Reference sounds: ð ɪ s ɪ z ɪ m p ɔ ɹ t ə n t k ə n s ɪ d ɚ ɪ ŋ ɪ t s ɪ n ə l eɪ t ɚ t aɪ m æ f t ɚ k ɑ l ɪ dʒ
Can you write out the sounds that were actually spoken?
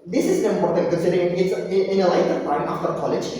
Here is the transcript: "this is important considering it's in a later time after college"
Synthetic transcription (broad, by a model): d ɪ s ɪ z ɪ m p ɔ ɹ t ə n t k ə s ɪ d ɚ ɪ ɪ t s ɪ n ə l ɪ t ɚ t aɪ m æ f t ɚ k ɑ l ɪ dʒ